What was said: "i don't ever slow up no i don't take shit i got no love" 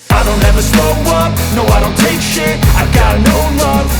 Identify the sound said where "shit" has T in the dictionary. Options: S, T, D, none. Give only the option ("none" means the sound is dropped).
none